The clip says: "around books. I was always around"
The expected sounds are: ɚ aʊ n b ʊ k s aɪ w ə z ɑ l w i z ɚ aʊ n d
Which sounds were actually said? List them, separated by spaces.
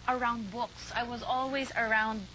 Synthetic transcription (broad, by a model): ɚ aʊ n b ʊ k s aɪ w ə z ɑ l w i z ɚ aʊ n d